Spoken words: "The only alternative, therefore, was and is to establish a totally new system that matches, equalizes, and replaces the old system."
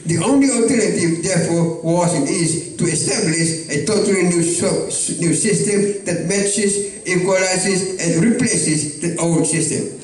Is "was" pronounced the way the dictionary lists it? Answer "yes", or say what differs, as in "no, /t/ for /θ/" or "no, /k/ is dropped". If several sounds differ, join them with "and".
no, /s/ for /z/